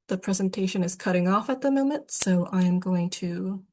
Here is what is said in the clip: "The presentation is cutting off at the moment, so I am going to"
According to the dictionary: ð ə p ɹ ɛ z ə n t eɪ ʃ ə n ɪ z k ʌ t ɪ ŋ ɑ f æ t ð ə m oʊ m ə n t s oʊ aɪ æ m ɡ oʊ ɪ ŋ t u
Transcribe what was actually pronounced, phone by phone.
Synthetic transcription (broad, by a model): ð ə p ɹ ɛ z ə n t eɪ ʃ ə n ɪ z k ʌ t ɪ ŋ ɑ f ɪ t ð ə m oʊ m ə n t s oʊ aɪ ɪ m ɡ oʊ ɪ ŋ t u